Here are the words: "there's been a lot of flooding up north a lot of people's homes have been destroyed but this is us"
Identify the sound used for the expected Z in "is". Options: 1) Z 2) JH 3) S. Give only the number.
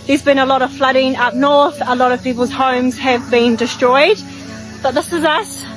1